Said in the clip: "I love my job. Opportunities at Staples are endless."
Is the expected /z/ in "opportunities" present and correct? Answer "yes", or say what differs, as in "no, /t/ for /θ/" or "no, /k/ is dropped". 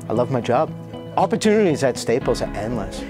yes